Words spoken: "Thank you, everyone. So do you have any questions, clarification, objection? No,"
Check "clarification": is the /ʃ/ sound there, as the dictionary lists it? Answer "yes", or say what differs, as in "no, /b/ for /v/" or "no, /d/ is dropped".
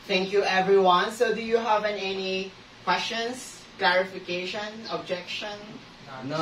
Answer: yes